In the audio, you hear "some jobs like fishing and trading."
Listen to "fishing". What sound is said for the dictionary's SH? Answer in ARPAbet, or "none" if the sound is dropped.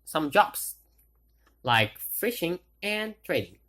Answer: SH